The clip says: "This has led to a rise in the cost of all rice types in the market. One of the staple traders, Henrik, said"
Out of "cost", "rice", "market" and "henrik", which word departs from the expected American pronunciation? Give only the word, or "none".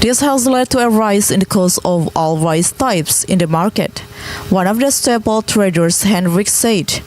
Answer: cost